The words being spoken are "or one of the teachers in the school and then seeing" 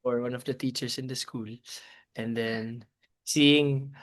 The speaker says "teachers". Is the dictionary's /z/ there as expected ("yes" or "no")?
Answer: no